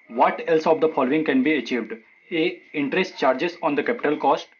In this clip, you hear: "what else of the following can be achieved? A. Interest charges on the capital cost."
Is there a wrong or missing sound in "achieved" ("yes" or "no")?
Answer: no